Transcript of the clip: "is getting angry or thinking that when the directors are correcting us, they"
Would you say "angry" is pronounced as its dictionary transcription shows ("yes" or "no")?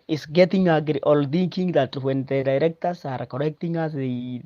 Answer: no